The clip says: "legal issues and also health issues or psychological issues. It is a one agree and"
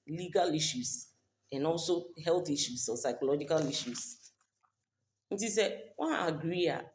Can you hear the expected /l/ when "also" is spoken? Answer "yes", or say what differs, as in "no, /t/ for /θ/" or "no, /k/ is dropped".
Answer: yes